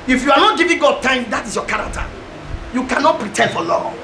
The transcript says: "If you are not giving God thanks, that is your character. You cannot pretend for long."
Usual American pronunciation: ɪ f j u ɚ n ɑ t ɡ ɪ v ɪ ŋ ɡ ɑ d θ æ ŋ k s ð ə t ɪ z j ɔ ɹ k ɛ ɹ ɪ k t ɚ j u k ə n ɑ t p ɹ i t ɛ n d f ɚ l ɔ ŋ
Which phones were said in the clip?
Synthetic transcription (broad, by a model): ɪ f j u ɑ n ɑ t ɡ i v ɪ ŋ ɡ ɑ d t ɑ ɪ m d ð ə t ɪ s j ɔ k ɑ ɹ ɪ k t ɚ j u k ə n ɑ t p ɹ i t ɛ n d f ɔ l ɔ